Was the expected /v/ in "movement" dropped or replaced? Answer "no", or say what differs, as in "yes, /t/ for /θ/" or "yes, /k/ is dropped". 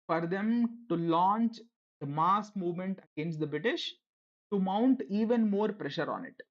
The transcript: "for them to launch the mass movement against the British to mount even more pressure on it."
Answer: no